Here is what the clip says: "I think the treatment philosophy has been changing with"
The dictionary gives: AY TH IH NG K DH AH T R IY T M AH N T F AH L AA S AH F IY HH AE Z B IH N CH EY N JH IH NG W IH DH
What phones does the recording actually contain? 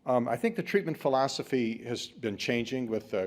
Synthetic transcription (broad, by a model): AY TH IH NG K DH AH T R IY T M AH N T F AH L AA S AH F IY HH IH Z B IH N CH EY N JH IH NG W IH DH